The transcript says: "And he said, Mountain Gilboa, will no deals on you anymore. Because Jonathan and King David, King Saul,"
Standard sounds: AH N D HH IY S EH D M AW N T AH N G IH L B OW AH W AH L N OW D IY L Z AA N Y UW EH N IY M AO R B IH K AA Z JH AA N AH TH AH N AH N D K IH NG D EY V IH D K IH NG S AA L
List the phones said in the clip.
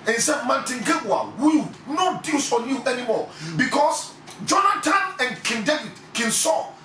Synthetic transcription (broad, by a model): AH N HH IY S EH D M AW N T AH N G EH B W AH W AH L N OW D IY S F AA N Y UW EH N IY M AO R B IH K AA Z JH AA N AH T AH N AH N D K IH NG D EY V IH D K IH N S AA